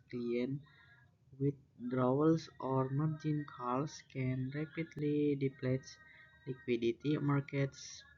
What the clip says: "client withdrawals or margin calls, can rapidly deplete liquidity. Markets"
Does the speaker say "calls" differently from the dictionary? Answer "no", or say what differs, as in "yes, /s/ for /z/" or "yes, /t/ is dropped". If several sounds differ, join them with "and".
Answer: yes, /s/ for /z/